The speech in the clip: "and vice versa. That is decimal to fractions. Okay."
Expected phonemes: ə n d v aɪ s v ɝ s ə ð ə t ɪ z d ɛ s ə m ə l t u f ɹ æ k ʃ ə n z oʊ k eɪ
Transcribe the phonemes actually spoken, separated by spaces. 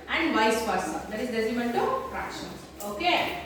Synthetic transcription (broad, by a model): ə n d v aɪ s p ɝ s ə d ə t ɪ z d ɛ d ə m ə n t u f ɹ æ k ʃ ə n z oʊ k eɪ